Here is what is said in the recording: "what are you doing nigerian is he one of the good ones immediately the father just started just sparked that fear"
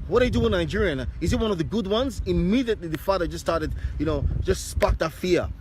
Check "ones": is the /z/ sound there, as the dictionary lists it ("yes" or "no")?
yes